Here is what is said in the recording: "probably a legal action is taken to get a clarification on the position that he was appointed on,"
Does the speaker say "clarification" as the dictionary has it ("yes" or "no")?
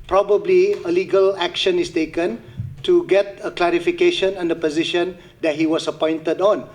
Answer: yes